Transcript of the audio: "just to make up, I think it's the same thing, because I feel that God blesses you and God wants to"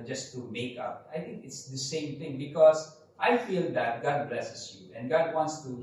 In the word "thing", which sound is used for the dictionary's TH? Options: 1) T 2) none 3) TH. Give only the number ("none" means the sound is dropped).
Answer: 1